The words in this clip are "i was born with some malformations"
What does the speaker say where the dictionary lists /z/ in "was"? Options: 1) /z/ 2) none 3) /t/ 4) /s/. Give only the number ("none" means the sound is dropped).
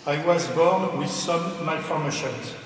1